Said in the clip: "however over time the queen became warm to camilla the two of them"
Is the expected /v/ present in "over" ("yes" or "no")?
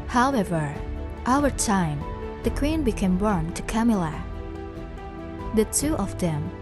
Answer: no